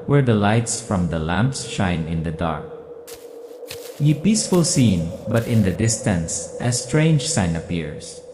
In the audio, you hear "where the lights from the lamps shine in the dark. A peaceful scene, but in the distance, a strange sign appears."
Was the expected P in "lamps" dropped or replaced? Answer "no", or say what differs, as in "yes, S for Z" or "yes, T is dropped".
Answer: no